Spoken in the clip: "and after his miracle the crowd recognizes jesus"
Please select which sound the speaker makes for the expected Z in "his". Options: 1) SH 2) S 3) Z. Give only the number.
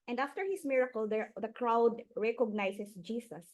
2